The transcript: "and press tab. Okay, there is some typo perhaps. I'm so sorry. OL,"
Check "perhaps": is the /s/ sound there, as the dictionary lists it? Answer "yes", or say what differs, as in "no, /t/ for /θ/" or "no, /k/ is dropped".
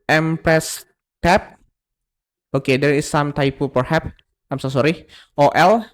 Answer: no, /s/ is dropped